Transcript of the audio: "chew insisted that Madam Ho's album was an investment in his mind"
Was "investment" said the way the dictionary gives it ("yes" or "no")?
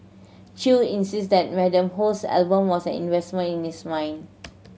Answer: no